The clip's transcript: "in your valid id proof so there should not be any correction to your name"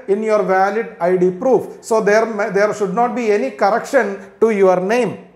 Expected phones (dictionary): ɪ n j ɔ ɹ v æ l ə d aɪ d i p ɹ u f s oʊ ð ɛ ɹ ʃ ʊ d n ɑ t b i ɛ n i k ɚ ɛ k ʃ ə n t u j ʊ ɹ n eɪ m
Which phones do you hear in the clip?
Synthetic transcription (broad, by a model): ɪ n j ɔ ɹ v æ l ə d aɪ d i p ɹ u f s oʊ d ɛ ɹ ʃ ʊ d n ɑ t b i ɛ n i k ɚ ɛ k ʃ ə n t u j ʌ ɹ n eɪ m